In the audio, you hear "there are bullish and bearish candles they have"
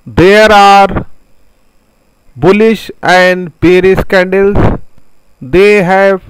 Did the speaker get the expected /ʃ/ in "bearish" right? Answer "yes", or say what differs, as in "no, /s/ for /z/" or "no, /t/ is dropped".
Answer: no, /s/ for /ʃ/